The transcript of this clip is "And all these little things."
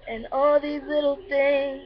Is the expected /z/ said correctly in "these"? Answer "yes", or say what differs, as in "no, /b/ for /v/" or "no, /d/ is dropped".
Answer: yes